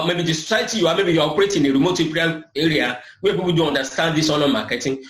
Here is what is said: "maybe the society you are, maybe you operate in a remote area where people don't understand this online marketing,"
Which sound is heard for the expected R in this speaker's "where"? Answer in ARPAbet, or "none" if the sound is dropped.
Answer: W